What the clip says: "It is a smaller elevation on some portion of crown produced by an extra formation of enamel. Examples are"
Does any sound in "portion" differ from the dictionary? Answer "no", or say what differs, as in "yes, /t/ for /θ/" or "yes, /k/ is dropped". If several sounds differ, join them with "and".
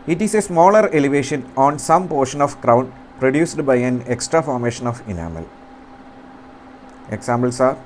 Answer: no